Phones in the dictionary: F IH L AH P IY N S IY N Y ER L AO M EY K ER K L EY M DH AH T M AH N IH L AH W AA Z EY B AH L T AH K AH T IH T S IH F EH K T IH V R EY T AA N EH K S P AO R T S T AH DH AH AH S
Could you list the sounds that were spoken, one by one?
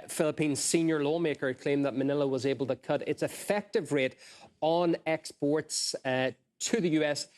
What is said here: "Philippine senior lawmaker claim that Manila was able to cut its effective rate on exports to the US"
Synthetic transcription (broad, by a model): F IH L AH P IY N S IY N Y ER L AO M EY K ER K L EY M DH AH T M AH N IH L AH W AA Z EY B AH L T AH K AH T IH T S IH F EH K T IH V R EY T N EH K S P AO R T S T AH DH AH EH S